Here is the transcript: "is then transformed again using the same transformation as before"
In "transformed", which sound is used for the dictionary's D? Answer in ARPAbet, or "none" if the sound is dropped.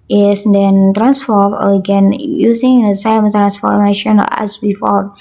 none